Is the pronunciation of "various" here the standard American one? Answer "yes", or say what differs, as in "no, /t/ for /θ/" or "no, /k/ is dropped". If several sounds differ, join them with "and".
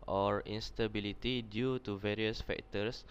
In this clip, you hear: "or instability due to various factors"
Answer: yes